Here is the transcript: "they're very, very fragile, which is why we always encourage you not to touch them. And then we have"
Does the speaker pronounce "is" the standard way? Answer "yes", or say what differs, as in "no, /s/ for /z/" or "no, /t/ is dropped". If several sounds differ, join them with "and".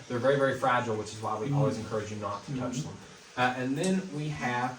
yes